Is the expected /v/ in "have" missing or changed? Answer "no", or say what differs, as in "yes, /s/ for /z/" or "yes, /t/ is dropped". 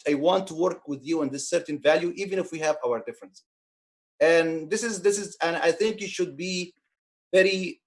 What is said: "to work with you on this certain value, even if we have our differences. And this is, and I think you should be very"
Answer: no